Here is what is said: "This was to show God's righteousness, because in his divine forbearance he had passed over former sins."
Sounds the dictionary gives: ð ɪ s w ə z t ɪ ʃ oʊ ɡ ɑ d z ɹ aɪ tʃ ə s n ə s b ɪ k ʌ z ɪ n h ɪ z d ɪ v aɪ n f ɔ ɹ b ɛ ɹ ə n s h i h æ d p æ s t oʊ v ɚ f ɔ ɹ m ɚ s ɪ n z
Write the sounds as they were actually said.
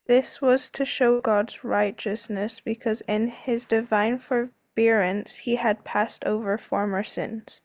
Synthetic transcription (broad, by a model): ð ɪ s w ə z t ɪ ʃ oʊ ɡ ɑ d z ɹ aɪ tʃ ə s n ə s b ɪ k ʌ z ɪ n ɪ z d ɪ v aɪ n f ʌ ɹ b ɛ ɹ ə n s h i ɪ d p æ s t oʊ v ɚ f ɔ ɹ m ɚ s ɪ n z